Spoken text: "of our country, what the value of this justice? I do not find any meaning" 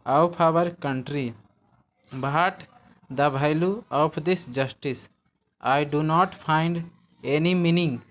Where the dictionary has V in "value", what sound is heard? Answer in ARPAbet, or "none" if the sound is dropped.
B